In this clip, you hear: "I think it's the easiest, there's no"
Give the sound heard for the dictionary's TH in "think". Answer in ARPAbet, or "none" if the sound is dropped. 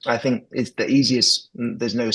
TH